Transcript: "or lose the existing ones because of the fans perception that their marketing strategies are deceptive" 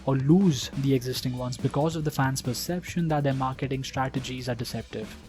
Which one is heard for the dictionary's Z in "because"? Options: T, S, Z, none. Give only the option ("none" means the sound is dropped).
Z